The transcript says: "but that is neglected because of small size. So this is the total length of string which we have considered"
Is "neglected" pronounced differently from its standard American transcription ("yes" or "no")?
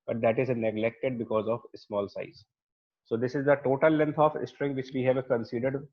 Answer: no